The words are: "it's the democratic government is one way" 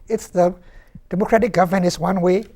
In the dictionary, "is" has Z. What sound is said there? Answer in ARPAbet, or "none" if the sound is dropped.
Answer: S